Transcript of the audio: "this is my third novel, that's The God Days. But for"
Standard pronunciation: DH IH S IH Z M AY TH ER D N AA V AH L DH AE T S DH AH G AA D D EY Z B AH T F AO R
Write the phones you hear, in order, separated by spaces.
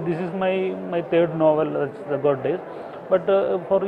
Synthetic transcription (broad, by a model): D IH S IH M M AY T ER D N AA V AH L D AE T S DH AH G AA D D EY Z B AH T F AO R